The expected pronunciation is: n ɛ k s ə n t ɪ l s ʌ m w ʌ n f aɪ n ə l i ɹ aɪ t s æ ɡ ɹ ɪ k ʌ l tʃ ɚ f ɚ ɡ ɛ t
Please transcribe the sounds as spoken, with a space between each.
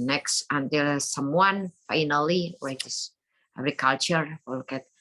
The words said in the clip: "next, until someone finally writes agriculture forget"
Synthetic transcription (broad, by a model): n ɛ k s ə n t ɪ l s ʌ m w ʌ n f aɪ n ə l i w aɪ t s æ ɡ ɹ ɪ k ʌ l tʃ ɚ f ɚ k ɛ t